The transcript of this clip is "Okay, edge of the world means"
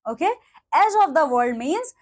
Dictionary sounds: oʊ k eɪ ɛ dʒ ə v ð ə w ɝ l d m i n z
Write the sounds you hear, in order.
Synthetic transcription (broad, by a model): oʊ k eɪ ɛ z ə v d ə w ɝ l d m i n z